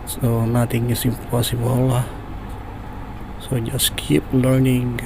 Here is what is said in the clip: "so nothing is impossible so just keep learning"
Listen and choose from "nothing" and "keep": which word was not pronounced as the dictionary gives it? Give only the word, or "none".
nothing